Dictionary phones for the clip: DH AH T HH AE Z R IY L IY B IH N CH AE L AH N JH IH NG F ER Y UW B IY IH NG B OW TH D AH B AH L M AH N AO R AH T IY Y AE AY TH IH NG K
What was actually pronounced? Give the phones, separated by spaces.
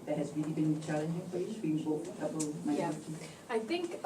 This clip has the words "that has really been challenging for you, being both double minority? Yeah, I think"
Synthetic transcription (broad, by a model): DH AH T HH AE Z R IY L IY B IH N CH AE L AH N JH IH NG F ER Y UW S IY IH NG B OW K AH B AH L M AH IH AH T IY AY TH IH NG K